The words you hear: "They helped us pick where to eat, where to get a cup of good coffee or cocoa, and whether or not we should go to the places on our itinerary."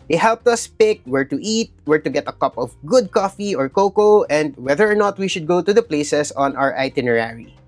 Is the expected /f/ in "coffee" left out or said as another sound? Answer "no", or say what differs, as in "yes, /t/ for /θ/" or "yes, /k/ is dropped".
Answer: no